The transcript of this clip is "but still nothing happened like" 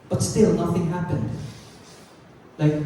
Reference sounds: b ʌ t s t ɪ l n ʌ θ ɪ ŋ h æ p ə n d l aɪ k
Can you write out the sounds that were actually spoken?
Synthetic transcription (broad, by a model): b ʌ t s t ɪ l n ʌ θ ɪ ŋ h æ p ə n d l aɪ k